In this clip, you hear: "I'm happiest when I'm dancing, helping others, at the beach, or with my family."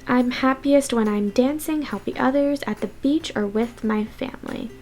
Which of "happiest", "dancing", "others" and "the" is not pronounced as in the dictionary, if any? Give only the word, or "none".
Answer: none